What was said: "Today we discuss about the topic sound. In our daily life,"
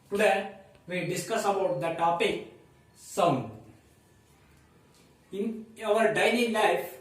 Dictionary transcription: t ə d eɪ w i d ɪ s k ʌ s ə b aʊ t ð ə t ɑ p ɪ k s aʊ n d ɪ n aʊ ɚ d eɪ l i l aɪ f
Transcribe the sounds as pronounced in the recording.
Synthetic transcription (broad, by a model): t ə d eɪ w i d ɪ s k ʌ s ə b aʊ t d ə t ɑ p ɪ k s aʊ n ɪ n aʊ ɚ d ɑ n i l aɪ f